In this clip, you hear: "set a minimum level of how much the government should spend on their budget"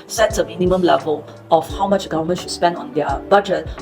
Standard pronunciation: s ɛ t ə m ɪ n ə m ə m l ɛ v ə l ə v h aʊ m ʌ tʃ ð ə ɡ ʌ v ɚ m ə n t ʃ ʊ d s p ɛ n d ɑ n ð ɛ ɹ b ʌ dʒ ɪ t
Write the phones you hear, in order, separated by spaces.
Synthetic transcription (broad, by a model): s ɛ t ə m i n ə m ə m l ɛ v ə l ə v h aʊ m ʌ tʃ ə ɡ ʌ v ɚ m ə n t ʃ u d s p ɛ n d ɑ n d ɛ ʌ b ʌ dʒ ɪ t